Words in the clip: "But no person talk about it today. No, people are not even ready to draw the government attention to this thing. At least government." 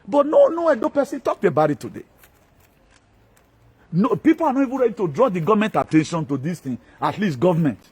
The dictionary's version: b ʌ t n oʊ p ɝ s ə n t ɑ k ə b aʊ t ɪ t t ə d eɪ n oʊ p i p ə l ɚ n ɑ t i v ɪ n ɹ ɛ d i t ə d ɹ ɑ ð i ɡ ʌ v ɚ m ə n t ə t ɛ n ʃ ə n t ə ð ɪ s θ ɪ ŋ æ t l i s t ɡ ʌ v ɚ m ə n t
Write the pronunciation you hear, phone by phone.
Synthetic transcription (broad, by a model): b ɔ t n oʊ p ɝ s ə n t ɑ k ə b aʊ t ɪ t t ə d eɪ n oʊ p i p ə l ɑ n ɑ t i v ɪ n ɹ ɛ d i t ə d ɹ ɑ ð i ɡ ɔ v m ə n t ə t ɛ n ʃ ə n t ə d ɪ s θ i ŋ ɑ t l i s t ɡ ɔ v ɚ m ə n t